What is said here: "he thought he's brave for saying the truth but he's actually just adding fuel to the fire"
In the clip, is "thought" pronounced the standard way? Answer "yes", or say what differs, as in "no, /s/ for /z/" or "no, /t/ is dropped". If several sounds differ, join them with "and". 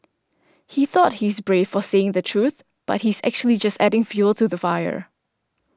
yes